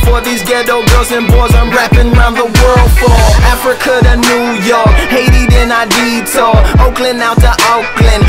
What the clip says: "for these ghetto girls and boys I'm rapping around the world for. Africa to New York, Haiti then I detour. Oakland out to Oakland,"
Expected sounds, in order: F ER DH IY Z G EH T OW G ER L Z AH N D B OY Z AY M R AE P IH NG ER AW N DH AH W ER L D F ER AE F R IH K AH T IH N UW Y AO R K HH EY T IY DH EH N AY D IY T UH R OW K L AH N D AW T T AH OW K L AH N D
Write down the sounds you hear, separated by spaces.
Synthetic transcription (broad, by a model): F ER DH IY Z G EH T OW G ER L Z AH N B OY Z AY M R AE P IH NG ER AW N DH AH W ER L D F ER AE F R IH K AH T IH N UW Y AO R K HH EY T IY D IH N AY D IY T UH OW K L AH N AW T T AH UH K L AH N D